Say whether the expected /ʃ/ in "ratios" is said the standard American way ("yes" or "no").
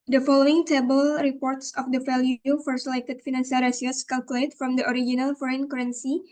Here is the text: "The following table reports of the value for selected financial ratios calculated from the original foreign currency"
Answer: no